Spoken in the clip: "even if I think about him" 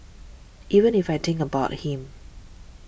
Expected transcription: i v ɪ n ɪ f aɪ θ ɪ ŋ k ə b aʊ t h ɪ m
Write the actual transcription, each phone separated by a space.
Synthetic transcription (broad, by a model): i v ɪ n ɪ f aɪ t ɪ ŋ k ə b aʊ t h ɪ m